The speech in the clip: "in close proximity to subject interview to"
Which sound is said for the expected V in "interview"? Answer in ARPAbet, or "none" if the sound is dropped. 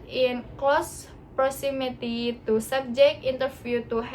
F